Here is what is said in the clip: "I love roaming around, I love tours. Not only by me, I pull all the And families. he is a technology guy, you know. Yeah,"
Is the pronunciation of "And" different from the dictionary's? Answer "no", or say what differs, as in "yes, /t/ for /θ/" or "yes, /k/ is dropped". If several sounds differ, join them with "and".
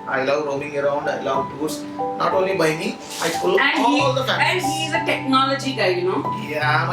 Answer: yes, /l/ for /n/